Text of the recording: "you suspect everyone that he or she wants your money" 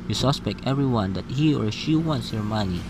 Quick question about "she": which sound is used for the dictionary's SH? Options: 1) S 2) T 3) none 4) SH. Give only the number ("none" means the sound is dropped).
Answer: 4